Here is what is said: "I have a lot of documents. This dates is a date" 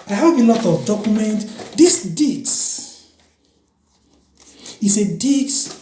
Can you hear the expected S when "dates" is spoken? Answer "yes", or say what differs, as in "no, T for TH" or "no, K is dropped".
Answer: no, S is dropped